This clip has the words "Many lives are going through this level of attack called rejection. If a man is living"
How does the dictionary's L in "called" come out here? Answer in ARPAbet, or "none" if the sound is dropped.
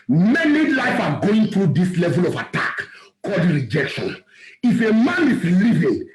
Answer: L